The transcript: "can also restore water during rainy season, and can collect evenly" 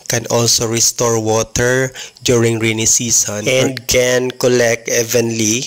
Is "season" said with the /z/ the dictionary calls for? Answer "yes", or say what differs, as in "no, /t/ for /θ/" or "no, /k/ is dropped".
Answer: no, /s/ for /z/